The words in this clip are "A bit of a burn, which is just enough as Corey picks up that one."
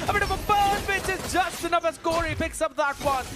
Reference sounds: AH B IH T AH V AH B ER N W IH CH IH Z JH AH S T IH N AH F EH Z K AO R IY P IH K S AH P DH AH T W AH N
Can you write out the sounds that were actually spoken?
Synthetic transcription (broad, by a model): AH B IH T AH V AH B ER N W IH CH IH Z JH AH S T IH N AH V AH S K AO R IY P IH K S AH P DH AH T W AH N